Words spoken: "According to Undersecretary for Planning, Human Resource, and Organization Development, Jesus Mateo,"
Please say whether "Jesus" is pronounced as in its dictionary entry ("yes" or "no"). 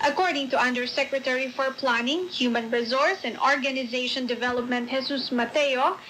no